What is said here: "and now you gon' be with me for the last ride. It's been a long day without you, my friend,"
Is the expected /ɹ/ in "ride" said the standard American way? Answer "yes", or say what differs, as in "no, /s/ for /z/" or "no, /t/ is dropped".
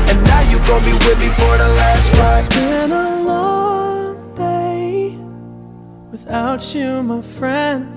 no, /w/ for /ɹ/